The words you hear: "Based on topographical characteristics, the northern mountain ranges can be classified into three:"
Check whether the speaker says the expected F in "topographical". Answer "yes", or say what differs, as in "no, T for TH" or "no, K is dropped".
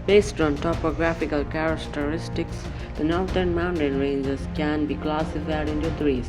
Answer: yes